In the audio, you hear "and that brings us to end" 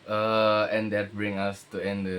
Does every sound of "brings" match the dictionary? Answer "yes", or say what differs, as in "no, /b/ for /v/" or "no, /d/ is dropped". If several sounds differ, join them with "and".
no, /z/ is dropped